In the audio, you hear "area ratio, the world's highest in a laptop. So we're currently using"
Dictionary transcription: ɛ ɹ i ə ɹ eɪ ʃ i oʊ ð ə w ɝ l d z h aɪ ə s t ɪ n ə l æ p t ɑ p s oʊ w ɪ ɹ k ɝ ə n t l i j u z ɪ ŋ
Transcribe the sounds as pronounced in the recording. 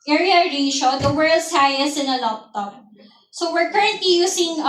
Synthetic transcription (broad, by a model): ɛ ɹ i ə ɹ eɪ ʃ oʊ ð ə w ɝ l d s h aɪ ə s ɪ n ə l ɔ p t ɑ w s oʊ w ɪ ɹ k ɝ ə n t l i j u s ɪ ŋ